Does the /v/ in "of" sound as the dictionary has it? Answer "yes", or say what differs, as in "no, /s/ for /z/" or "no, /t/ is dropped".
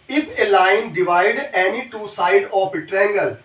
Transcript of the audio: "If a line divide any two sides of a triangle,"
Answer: no, /p/ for /v/